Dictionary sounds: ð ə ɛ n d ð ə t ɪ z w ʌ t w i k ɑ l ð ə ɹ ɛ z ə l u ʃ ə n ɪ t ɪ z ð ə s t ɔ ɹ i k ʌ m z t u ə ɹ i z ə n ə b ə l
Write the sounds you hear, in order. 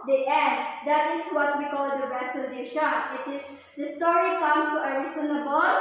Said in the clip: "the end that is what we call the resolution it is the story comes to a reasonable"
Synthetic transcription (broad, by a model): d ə ɛ n d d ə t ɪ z w ʌ t w i k ɑ l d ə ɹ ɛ s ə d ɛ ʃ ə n ɪ t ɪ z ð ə s t ɔ ɹ i k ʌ m s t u ə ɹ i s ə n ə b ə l